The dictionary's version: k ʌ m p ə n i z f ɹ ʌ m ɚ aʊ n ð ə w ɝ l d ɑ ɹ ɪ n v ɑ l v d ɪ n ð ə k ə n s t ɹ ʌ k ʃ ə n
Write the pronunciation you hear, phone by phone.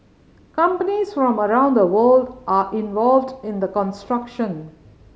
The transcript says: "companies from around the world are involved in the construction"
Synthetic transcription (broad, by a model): k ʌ m p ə n i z f ɹ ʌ m ɚ aʊ n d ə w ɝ l d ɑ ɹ ɪ n v ɑ l v d ɪ n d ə k ə n s t ɹ ʌ k ʃ ə n